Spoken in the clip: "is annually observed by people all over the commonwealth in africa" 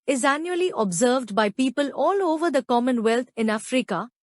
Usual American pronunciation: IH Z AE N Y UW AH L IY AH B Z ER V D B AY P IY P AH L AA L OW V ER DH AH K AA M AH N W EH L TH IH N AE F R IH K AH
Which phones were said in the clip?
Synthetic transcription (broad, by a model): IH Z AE N Y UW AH L IY AH B Z ER V D B AY P IY P AH L AA L OW V ER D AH K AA M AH N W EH L T IH N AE F R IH K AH